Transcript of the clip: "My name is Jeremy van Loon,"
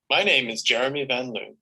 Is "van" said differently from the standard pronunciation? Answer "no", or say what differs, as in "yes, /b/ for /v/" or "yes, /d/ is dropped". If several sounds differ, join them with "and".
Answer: no